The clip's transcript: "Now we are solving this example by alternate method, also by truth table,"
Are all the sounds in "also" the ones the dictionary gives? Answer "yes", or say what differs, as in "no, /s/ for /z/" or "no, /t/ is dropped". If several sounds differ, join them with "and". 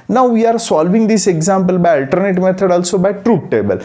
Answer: yes